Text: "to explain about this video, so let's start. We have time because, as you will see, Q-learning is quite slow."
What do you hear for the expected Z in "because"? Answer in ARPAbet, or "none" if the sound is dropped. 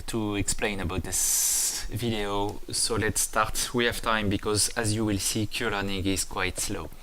Z